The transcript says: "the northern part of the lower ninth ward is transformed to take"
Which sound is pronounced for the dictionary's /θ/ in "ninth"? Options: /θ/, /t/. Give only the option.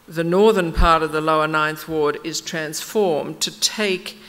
/θ/